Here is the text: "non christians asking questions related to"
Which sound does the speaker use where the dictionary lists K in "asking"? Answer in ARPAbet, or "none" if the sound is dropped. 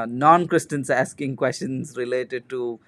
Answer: K